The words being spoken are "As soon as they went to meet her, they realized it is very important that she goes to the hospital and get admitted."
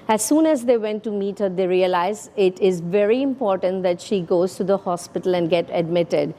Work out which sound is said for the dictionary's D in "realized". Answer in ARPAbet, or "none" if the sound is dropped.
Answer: none